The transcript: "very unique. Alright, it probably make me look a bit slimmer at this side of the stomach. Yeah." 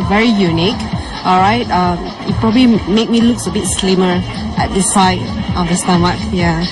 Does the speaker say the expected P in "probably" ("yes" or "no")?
yes